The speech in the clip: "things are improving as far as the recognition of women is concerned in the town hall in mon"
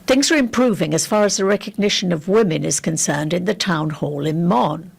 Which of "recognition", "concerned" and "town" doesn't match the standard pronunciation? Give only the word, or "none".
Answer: none